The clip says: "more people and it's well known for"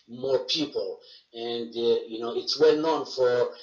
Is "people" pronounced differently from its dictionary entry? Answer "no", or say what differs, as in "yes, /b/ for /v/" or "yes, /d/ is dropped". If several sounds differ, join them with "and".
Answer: yes, /n/ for /l/